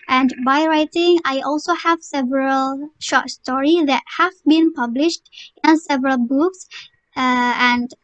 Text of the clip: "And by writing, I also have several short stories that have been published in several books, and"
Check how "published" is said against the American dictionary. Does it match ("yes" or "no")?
yes